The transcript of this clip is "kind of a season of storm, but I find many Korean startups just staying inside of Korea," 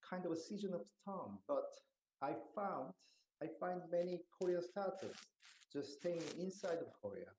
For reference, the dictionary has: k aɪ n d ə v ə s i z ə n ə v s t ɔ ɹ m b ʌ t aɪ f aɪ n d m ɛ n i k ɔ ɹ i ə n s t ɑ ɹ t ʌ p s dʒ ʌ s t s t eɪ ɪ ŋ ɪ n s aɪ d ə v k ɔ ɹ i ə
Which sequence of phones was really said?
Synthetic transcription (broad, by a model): k aɪ n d ə v ə s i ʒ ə n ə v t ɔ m b ʌ t aɪ f aɪ n d m ɛ n i k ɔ ɹ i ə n s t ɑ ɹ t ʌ s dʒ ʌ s s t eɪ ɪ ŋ ɪ n s aɪ d ə v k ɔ ɹ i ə